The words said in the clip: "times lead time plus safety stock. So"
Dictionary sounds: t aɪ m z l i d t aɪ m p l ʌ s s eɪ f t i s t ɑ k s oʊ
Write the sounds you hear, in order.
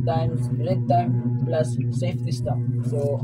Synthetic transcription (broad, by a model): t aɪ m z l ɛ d t aɪ m p l ʌ s s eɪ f s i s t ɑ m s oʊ